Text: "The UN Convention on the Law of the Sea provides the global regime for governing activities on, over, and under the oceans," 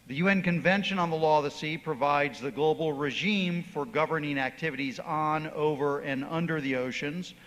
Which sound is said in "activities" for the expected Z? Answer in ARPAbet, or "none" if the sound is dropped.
Z